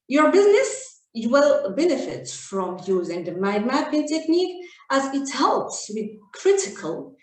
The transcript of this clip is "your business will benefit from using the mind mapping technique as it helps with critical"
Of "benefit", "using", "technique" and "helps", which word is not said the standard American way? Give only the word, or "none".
none